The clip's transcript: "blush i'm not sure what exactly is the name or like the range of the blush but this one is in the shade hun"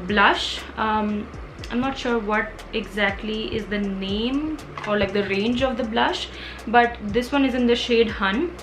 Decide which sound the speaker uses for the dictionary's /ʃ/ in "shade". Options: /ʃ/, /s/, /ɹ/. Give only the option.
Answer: /ʃ/